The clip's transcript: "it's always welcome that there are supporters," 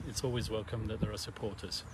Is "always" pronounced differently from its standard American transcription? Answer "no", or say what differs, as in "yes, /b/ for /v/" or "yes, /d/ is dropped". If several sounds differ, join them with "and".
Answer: no